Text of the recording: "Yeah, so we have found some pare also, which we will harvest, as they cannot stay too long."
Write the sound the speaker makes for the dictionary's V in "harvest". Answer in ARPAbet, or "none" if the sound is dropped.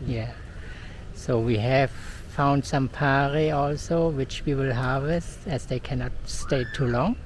V